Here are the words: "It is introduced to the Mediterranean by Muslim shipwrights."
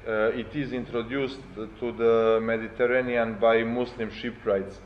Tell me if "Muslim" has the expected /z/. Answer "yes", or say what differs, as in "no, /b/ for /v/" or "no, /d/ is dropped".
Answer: no, /s/ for /z/